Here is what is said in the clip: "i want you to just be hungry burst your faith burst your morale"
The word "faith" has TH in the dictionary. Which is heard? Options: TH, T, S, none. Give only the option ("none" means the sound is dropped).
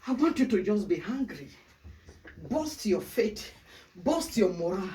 T